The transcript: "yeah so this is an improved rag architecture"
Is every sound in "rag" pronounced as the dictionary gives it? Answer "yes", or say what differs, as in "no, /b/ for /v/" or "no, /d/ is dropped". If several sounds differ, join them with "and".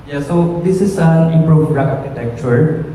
no, /ɡ/ is dropped